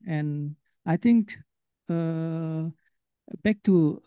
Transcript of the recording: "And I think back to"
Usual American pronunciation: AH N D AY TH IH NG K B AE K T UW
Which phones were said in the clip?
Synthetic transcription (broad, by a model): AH N AY T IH NG K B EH K T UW